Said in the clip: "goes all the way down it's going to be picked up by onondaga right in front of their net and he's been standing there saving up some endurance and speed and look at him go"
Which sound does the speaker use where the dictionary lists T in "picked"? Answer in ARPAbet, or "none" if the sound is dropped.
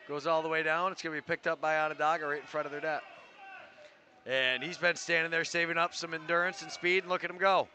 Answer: T